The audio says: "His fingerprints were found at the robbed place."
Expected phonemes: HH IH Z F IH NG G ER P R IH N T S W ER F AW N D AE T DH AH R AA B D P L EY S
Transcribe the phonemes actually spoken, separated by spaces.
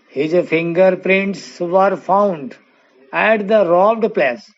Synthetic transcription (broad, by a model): HH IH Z F IH NG G ER P R IH N T S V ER F AW N D AE T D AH R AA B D P L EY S